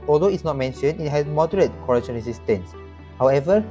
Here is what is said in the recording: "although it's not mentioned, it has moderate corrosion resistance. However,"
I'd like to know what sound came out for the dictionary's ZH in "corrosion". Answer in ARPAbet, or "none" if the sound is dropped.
SH